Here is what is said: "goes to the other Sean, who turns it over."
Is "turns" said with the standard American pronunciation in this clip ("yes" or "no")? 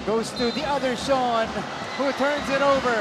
yes